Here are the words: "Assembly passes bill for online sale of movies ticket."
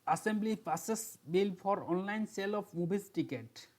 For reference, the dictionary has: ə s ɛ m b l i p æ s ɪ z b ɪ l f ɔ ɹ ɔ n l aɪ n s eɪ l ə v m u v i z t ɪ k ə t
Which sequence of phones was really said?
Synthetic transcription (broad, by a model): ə s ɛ m b l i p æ s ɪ s b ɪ l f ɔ ɹ ɔ n l aɪ n s eɪ l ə f m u b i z t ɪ k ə t